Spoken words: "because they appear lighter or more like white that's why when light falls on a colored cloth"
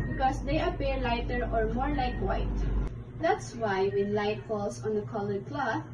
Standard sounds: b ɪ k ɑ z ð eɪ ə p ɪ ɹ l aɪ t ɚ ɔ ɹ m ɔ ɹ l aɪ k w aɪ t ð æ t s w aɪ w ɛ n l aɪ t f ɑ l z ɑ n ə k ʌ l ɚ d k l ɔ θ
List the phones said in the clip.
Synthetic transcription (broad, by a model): b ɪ k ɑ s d eɪ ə p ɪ ɹ l aɪ t ɚ ɔ ɹ m ɔ ɹ l aɪ k w aɪ t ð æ t s w aɪ w ɛ n l aɪ t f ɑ l s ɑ n ə k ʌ l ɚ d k l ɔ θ